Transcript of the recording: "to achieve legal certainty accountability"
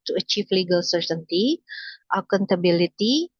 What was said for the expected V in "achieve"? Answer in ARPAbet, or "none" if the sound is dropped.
F